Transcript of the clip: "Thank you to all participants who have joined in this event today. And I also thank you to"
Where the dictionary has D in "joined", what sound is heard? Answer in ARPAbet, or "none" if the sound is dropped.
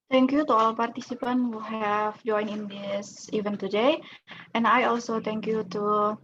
none